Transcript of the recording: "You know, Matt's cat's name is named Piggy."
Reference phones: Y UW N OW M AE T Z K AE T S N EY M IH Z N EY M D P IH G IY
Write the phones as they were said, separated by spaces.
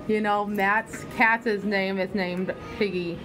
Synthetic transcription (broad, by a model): Y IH N OW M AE T S K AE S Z N EY M IH Z N EY M D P IH G IY